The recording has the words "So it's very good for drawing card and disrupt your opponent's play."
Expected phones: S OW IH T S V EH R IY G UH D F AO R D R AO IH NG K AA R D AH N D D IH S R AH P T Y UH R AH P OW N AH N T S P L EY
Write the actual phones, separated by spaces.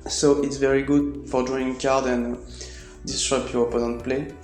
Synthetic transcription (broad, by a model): S OW IH T S V EH R IY G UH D F AO R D AO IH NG K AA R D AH N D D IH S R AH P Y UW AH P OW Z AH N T P L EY